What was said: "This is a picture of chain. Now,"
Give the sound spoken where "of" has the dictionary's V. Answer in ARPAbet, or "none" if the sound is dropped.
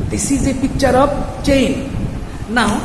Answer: P